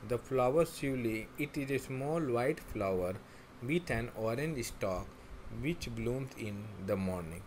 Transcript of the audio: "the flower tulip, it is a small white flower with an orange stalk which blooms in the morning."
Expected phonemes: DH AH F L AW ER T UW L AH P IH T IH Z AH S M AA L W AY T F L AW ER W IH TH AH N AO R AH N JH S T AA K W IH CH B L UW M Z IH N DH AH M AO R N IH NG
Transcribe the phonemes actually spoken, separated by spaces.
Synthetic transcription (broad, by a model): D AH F L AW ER S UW L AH IH T IH Z AH S M AA L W AY T F L AW ER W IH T AH N AO R AH N JH S T AA K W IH CH B L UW M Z IH N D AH M AO R N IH NG